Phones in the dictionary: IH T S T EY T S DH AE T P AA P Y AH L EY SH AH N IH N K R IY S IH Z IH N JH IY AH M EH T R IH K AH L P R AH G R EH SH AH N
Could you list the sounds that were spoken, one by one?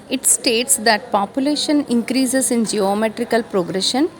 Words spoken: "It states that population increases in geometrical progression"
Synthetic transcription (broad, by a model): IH T S T EY T S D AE T P AA P Y AH L EY SH AH N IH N K R IY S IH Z IH N JH IY AH M EH T R IH K AH L P R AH G R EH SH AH N